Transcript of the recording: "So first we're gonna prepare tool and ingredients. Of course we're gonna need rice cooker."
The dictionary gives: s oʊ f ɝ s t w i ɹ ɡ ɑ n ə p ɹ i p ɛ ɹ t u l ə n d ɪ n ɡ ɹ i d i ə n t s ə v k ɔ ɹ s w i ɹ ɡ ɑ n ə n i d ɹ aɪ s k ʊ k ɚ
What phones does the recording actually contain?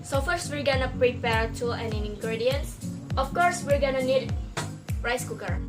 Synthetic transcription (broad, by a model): s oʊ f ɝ s w i ɹ ɡ ɑ n ə p ɹ i p ɛ ɹ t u n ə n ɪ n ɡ ɹ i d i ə n s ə f k ɔ ɹ s w i ɹ ɡ ɑ n ə n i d ɹ aɪ s k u k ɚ